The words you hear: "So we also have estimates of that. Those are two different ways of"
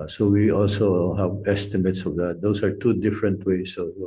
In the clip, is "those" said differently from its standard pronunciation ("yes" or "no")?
yes